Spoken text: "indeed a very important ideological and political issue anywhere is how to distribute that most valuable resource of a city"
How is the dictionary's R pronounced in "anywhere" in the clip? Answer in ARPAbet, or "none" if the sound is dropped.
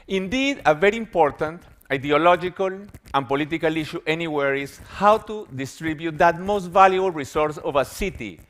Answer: R